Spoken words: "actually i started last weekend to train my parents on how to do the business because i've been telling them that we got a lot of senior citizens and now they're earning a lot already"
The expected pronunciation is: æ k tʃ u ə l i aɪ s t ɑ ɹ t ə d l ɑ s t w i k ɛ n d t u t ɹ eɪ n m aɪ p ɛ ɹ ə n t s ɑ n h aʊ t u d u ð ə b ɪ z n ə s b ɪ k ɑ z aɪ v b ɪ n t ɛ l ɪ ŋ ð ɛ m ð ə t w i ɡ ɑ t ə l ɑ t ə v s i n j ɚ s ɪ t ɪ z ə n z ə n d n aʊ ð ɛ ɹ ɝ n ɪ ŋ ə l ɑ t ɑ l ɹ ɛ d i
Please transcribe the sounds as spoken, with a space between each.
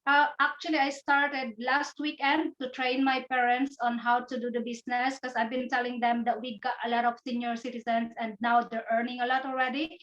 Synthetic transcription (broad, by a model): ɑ k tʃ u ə l i aɪ s t ɑ ɹ t ə d l ɑ s t w i k ɛ n d t u t ɹ eɪ n m aɪ p ɛ ɹ ə n t s ɑ n h aʊ t u d u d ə b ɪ s n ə s k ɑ s aɪ v b ɪ n t ɛ l ɪ ŋ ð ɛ m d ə t w i ɡ ɑ t ə l ɑ t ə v s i n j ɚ s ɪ t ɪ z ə n s ə n d n aʊ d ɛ ɹ ɝ n ɪ ŋ ə l ɑ t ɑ l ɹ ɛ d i